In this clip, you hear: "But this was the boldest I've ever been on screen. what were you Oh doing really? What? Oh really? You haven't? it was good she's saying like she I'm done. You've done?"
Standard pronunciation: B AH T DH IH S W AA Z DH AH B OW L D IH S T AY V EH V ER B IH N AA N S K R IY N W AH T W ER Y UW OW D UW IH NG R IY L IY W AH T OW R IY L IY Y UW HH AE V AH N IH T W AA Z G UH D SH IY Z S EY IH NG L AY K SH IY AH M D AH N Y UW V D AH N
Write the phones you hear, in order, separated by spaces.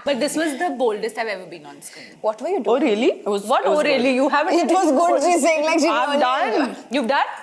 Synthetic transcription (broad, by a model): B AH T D IH S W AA Z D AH B OW L D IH S T AY V EH V ER B IH N AA N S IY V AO T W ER Y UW OW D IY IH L IY IY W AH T OW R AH L IY Y UW HH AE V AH IH T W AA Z G UH D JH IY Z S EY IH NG L AY K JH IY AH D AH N Y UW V D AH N